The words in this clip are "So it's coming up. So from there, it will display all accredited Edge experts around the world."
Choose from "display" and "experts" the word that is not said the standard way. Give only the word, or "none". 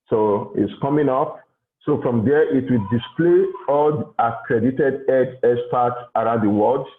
experts